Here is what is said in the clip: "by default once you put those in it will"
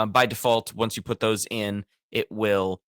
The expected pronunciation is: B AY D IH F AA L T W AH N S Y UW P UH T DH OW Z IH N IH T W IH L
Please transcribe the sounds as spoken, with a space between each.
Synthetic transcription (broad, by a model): B AY D IH F AA L T W AH N S Y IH P UH T DH OW Z IH N IH T W IH L